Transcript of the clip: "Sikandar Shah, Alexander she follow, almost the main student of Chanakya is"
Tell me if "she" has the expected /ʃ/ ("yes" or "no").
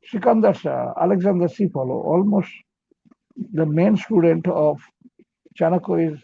no